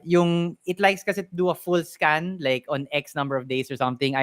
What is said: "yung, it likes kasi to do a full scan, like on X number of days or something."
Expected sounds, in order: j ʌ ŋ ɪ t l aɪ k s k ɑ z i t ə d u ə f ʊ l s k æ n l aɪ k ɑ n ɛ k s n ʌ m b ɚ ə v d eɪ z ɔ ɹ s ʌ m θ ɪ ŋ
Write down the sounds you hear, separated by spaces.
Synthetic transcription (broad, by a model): j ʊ ŋ ɪ t l aɪ k s k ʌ s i t ə d u ə f ʊ l s k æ n l aɪ k ɑ n ɛ k s n ʌ m b ɚ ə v d eɪ s ɔ ɹ s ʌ m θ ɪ ŋ